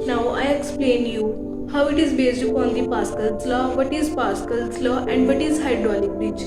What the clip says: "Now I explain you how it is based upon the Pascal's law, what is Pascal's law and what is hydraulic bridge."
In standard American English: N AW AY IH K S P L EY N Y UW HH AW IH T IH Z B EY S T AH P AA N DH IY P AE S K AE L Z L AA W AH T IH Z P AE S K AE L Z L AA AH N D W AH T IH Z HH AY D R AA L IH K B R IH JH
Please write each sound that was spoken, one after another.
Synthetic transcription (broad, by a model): N AW AY IH K S P L EY N Y UW HH AW IH T IH Z B EY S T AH AA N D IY P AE S K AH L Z L AA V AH T IH Z P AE S K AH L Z L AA AH N D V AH T IH Z HH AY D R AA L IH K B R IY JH